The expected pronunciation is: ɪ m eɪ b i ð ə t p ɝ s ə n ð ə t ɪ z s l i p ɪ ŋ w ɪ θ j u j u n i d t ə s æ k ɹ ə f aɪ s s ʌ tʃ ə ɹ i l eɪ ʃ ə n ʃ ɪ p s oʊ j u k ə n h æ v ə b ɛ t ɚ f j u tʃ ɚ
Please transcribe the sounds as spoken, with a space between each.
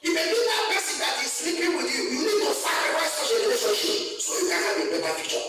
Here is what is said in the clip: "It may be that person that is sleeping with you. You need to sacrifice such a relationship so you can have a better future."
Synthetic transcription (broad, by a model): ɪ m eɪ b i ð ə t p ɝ s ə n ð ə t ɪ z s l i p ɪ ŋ w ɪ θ j u j u n i d t ə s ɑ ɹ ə aɪ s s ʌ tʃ ə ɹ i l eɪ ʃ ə ʃ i s oʊ j u k ə n h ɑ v ə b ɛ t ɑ f j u tʃ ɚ